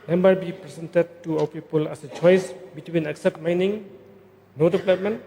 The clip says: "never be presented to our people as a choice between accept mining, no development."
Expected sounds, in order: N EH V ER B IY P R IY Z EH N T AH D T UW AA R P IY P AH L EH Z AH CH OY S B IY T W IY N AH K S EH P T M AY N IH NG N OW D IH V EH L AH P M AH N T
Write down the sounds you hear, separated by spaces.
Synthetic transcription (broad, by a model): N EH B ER B IY P R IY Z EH N T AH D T UW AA W P IY P AH L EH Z AH CH OY S B IY T W IY N AH K S EH P T M AY N IH NG N OW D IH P L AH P M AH N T